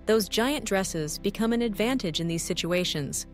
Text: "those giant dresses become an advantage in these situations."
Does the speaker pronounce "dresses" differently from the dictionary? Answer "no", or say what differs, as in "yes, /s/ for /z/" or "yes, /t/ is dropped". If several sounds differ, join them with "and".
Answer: no